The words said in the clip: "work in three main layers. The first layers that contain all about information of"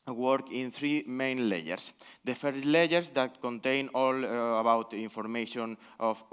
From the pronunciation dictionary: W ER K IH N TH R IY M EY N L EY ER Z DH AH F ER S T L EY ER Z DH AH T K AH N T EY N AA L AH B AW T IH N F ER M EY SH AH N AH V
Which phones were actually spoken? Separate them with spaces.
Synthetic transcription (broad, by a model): W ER K IH N TH R IY M EY N L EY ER S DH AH F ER T L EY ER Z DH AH T K AH N T EY N AA L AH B AW T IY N F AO M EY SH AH N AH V